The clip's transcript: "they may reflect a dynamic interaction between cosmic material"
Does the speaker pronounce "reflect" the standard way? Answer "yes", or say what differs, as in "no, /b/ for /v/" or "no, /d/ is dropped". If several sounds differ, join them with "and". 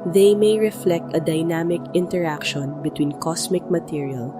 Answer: yes